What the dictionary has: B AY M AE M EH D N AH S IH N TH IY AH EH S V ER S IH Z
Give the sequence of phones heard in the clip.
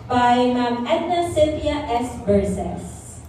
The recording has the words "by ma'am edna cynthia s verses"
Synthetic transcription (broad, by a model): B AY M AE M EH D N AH S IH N T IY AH EH S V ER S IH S